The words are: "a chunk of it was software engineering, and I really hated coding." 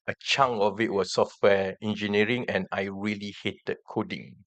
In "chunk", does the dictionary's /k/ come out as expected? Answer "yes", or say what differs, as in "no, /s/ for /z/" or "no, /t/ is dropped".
no, /k/ is dropped